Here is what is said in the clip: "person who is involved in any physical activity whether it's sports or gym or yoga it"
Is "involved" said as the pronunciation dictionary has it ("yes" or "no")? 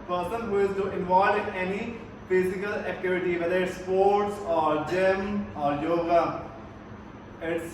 no